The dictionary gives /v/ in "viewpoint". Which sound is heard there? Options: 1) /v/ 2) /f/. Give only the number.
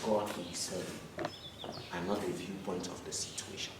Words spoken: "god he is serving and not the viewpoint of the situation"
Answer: 1